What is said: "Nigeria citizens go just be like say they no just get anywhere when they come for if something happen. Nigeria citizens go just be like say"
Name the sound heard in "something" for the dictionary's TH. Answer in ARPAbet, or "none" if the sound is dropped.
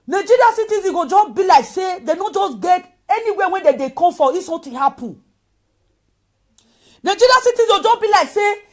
T